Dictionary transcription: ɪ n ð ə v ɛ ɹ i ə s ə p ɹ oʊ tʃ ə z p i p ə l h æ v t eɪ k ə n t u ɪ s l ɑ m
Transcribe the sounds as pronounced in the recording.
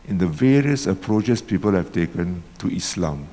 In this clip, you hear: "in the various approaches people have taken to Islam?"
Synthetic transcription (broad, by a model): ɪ n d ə v ɛ ɹ i ə s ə p ɹ oʊ tʃ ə s p i p ə l h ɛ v t eɪ k ə n t u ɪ s l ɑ m